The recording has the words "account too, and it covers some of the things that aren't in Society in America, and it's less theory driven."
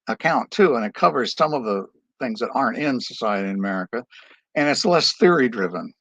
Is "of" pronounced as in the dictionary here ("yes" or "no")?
yes